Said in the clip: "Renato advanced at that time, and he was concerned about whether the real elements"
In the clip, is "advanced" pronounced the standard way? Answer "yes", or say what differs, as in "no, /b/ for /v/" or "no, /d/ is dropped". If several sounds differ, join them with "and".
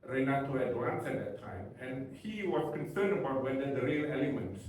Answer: no, /t/ is dropped